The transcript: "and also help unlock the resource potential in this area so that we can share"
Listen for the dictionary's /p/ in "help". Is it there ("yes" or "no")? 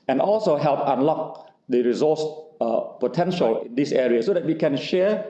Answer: yes